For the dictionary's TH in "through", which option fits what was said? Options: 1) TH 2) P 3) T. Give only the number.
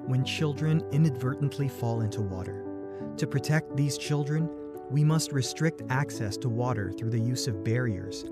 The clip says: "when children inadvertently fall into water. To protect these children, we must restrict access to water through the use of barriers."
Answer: 1